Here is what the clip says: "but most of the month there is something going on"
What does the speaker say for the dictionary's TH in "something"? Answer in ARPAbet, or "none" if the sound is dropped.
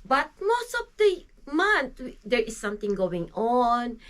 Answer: T